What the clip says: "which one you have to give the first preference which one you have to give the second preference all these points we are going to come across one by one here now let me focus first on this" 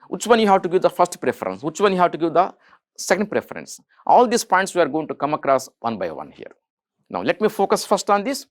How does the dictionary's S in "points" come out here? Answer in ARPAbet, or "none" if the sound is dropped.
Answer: S